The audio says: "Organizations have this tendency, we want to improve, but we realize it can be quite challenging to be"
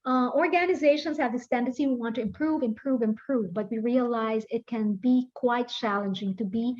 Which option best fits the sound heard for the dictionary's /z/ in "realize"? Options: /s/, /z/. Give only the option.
/z/